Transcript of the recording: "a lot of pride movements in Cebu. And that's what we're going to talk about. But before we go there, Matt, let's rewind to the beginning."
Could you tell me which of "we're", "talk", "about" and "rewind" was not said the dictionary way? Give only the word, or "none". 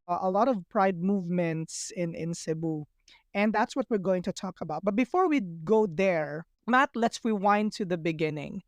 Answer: rewind